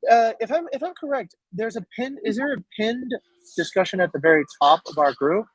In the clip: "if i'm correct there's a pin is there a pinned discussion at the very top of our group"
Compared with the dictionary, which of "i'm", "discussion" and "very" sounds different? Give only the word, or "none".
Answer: none